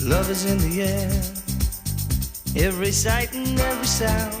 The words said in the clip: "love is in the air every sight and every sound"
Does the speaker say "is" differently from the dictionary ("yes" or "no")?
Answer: no